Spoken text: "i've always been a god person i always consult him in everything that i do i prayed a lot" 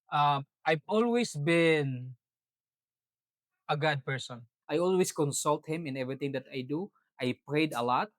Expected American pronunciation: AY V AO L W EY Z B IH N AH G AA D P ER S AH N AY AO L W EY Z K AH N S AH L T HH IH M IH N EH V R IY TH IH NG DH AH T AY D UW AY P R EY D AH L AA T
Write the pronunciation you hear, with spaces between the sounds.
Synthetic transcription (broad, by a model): AY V AO L W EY S B IH N AH G AA D P ER S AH N AY AO L W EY S K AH N S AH L T HH IH M IH N EH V R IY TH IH NG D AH T AY D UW AY P R EY D AH L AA T